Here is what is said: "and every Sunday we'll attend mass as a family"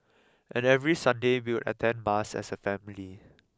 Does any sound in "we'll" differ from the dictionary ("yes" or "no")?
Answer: yes